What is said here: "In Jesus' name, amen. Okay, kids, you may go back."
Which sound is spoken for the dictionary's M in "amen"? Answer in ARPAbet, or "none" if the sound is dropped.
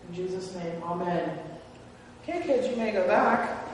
M